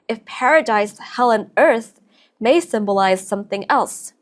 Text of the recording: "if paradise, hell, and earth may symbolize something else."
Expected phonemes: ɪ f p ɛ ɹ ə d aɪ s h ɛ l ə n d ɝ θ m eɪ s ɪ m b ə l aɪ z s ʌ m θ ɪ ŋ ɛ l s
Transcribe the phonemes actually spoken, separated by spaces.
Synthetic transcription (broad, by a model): ɪ f p ɛ ɹ ə d aɪ s h ɛ l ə n ɝ θ m eɪ s ɪ m b ə l aɪ z s ʌ m θ ɪ ŋ ɛ l s